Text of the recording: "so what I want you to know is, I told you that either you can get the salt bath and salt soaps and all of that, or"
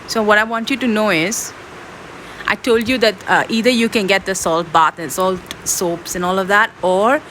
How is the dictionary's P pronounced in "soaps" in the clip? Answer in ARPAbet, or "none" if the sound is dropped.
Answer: P